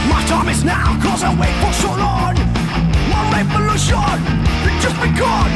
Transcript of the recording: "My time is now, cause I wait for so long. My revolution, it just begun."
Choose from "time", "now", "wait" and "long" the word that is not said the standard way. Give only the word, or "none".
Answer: long